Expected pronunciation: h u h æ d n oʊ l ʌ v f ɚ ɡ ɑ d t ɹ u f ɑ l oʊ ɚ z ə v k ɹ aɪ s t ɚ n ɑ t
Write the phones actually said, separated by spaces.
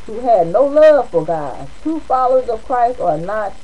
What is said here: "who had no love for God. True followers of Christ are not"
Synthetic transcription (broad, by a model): h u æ d n oʊ l ʌ v f ɚ ɡ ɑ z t u f ɑ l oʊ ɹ z ə v k ɹ aɪ s t ɚ n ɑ t